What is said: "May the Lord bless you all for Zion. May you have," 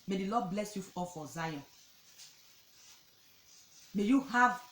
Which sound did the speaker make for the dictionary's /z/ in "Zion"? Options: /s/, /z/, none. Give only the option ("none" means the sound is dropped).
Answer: /z/